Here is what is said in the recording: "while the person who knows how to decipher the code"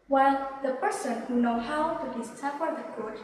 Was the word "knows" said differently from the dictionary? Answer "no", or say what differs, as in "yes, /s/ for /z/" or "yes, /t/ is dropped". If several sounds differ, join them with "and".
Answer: yes, /z/ is dropped